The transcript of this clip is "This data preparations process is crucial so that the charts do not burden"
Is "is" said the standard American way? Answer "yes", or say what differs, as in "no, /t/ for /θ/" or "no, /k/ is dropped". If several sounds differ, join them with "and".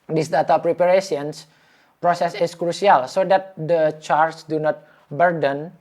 no, /s/ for /z/